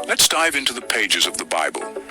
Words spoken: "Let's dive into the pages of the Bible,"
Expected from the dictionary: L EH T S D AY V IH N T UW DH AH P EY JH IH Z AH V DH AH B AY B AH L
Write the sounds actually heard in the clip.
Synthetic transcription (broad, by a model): L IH T S D AY V IH N T UW DH AH P EY JH IH Z AH V DH AH B AY B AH L